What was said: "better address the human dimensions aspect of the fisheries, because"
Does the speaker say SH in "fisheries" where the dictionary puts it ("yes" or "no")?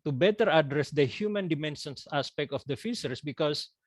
no